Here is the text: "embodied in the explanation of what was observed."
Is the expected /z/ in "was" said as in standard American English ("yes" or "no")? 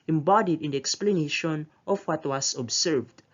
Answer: no